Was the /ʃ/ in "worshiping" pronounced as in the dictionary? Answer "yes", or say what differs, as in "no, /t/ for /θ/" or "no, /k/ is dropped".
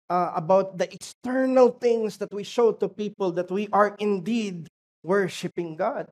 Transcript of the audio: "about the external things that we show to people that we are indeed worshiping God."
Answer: yes